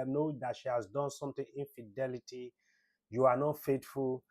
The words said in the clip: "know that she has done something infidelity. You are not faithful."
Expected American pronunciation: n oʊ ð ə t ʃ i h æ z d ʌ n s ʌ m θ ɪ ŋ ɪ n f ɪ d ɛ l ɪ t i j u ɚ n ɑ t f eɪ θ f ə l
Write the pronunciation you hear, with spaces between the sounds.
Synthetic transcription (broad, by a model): n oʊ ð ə t ʃ i h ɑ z d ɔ n s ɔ m t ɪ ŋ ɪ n f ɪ d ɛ l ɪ t i j u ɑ n ɑ t f eɪ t f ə l